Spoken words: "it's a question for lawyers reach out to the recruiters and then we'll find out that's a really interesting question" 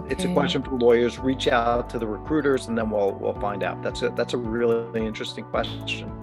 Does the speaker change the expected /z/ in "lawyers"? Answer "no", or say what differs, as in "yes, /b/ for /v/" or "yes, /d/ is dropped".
no